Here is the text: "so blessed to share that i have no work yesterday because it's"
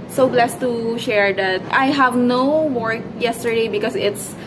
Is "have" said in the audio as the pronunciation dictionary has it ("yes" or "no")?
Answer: yes